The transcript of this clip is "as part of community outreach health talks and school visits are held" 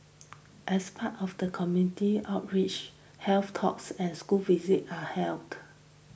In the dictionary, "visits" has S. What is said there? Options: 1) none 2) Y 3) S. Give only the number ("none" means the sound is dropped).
1